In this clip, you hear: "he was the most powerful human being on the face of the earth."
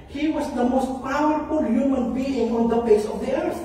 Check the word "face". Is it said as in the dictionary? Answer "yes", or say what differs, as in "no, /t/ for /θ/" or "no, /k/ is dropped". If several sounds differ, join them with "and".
no, /p/ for /f/